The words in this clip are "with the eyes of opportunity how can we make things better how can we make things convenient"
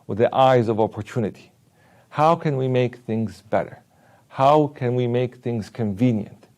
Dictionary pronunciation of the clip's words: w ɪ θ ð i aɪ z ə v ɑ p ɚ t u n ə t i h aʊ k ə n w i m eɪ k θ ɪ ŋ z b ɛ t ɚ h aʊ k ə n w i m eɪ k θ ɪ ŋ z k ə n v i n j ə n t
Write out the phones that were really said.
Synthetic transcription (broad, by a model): w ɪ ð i aɪ z ə v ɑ p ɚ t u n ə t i h aʊ k ə n w i m eɪ k θ ɪ ŋ z b ɛ t ɚ h aʊ k ə n w i m eɪ k θ ɪ ŋ z k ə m v i n j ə n t